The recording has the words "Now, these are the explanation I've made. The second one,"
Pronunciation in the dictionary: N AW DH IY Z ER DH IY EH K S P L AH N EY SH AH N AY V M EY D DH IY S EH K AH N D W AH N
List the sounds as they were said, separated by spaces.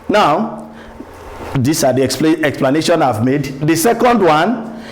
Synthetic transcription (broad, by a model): N AW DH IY S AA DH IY EH K S P L AH N EY SH AH N AY V M EY D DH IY S EH K AH N D W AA N